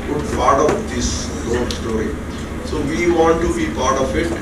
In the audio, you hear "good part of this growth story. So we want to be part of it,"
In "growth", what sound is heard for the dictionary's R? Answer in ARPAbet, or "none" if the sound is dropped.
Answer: none